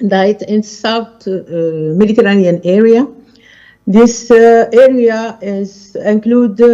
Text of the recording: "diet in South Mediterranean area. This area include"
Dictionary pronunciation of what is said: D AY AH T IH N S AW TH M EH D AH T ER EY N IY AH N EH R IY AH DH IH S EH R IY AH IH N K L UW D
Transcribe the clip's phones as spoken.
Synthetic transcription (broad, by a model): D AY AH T IH N S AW T M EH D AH T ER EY N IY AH N EH R IY AH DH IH S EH R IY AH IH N K L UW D